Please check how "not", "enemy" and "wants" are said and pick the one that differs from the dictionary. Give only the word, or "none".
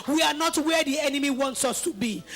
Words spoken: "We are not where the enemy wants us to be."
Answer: none